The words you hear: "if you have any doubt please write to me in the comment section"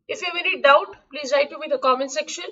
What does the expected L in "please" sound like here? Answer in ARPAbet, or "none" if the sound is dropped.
L